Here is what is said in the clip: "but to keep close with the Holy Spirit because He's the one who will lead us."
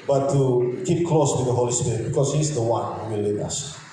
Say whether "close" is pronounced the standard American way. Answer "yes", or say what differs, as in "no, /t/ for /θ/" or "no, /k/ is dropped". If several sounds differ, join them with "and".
yes